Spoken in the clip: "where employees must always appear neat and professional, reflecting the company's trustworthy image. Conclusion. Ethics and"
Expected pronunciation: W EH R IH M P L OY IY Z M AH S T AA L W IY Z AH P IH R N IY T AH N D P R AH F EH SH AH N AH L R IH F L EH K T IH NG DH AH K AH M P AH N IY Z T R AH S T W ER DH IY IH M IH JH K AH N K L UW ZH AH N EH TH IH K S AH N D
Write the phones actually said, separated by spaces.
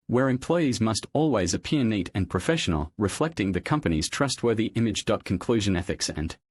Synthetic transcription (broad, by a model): W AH R IH M P L OY IY Z M AH S T AA L W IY Z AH P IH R N IY T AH N P R AH F EH SH AH N AH L R IH F L EH K T IH NG DH AH K AH M P AH N IY Z T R AH S T W ER DH IY IH M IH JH K AH N K L UW ZH AH N EH TH IH K S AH N